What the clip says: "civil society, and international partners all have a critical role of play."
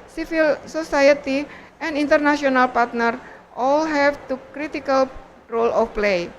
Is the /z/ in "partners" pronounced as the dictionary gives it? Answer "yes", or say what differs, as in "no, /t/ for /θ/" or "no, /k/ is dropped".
no, /z/ is dropped